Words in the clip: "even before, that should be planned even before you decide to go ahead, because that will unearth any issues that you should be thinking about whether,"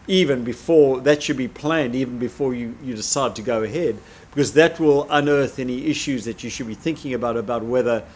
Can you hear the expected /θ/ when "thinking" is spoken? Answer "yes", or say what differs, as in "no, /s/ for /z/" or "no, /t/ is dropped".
yes